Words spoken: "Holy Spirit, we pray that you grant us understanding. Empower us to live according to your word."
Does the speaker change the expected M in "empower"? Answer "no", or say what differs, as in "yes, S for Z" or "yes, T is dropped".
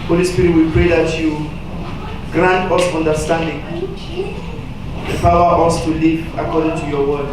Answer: yes, M is dropped